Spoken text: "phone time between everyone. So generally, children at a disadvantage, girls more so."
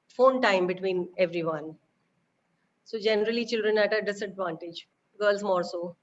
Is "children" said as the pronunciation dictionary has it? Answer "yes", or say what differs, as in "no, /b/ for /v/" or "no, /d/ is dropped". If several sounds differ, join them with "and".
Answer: yes